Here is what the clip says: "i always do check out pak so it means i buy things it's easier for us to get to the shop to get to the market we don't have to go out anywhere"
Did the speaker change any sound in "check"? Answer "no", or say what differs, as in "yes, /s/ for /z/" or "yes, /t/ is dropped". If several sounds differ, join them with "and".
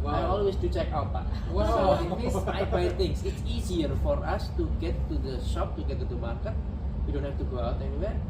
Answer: no